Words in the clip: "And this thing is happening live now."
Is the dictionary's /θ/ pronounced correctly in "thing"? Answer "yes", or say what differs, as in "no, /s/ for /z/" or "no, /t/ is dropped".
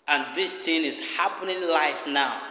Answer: no, /t/ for /θ/